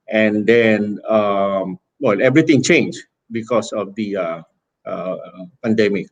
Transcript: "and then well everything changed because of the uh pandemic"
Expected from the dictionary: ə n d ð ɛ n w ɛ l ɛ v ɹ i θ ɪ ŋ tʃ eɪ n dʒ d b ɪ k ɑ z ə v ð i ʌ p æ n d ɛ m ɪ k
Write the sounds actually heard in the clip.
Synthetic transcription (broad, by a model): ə n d ɛ n w ɛ l ɛ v ɹ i t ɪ ŋ tʃ eɪ n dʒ b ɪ k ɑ s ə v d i ʌ p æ n d ɛ m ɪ k